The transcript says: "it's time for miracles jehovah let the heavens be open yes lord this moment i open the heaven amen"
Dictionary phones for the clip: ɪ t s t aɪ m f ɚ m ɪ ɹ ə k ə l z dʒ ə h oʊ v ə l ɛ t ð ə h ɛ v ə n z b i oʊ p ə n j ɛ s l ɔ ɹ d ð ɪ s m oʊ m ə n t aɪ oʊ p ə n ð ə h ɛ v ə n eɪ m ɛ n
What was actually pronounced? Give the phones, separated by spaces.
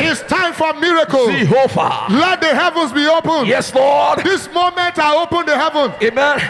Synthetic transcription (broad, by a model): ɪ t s t aɪ m f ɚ m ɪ ɹ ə k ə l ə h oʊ f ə l ɛ t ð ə h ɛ v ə n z b i oʊ p ə n j ɛ s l ɔ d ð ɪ s m oʊ m ə n t aɪ oʊ p ə n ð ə h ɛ v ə n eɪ m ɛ n